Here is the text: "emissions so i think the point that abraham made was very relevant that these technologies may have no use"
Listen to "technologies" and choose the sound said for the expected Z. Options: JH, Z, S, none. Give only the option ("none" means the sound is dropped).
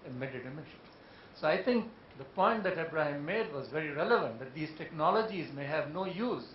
Z